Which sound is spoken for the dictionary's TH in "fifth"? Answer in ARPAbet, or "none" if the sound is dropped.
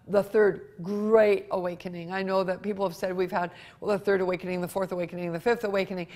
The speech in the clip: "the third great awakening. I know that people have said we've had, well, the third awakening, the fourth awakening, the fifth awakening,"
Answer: TH